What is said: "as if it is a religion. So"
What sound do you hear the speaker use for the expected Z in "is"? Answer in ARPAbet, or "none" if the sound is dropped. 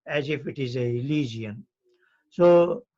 Z